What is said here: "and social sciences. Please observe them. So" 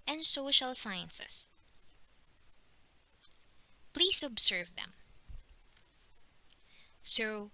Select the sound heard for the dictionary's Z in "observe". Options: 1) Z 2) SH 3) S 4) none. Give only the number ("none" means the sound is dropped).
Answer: 3